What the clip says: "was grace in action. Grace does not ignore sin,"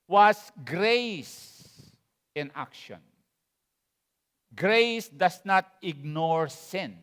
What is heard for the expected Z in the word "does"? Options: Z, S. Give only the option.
S